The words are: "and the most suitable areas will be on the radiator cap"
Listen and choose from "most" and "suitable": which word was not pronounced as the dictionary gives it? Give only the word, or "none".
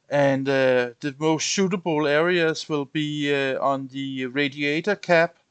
suitable